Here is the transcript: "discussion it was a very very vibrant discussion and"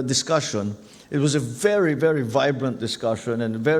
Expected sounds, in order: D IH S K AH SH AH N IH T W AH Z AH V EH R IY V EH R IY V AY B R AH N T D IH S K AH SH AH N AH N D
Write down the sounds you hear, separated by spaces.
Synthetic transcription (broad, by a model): D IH S K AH SH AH N IH T W AH Z AH V EH R IY V EH R IY V AY B R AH N D IH S K AH SH AH N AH N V